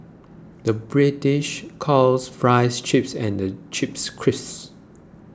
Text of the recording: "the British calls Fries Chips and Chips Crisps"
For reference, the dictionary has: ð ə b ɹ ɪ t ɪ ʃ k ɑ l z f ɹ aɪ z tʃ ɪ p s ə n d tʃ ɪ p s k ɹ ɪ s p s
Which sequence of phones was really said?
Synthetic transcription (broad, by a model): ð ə b ɹ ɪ t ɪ ʃ k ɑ l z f ɹ aɪ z tʃ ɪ p s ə n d tʃ ɪ p s k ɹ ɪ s s